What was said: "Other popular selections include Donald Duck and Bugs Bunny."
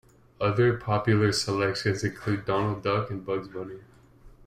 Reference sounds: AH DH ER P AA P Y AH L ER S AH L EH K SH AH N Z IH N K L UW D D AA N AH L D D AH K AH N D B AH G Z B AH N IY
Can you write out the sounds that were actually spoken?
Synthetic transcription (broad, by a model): AH DH ER P AA P Y L ER S AH L EH K SH AH N Z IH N K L UW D D AA N L D D AH K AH N B AH G Z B AH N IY